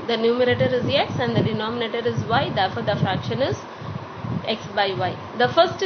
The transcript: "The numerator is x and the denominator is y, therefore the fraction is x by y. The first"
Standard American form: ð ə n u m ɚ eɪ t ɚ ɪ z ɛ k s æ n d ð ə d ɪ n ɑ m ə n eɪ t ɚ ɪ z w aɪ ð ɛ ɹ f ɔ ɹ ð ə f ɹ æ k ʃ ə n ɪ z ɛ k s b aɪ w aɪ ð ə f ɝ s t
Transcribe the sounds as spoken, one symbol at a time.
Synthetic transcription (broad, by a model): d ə n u m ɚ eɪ t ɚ ɪ z ɛ k s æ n d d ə d ɪ n ɑ m ə n eɪ t ɚ ɪ z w aɪ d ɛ ɹ f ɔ ɹ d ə f ɹ æ k ʃ ə n ɪ z ɛ k s b aɪ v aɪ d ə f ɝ s t